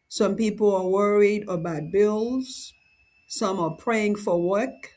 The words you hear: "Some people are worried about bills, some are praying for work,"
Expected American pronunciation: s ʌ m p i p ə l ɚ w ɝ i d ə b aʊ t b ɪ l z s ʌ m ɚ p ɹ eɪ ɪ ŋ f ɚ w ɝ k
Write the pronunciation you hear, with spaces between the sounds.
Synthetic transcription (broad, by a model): s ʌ m p i p l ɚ w ɝ i d ə b aʊ t b ɪ l z s ʌ m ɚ p ɹ eɪ ɪ ŋ f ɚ w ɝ k